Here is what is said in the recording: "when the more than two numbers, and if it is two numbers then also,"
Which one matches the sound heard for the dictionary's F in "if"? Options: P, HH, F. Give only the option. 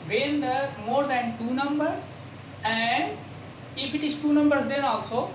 P